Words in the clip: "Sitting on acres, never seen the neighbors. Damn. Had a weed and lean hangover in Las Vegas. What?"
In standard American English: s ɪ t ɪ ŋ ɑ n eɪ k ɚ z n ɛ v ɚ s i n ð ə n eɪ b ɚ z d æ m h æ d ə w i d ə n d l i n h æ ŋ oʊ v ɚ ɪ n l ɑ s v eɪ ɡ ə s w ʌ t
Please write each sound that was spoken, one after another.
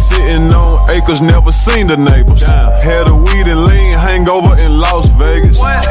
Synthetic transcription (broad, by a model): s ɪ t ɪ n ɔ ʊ eɪ k ɚ z n ɛ v ɚ s i n ð ə n eɪ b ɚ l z h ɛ d ə w i d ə n l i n h æ ŋ oʊ v ɚ ɪ n l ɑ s v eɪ ɡ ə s